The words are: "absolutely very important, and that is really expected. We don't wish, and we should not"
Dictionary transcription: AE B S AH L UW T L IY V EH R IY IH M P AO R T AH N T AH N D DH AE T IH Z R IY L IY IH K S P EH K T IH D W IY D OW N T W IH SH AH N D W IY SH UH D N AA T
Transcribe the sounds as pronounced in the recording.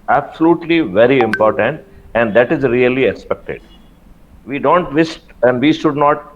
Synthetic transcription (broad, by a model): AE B S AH L UW T L IY V EH R IY IH M P AO R T AH N T AH N D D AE T IH Z R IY L IY IH K S P EH K T IH D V IY D OW N T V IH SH AH N D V IY SH UH D N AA T